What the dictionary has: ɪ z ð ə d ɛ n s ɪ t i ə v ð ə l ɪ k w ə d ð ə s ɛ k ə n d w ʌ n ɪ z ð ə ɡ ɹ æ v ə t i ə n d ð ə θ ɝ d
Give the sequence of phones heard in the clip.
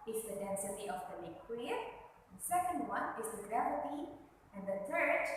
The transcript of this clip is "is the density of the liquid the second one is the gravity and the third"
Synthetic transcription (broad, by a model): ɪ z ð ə d ɛ n s ɪ t i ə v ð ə n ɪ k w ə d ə s ɛ k ə n d w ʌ n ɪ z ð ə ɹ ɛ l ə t i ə n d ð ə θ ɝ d